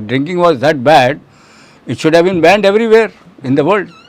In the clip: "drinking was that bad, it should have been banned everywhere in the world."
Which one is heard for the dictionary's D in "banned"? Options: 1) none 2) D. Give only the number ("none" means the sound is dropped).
2